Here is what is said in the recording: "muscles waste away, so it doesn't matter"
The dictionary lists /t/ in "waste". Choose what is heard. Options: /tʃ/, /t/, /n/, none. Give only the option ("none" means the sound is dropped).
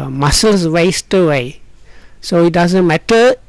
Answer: /t/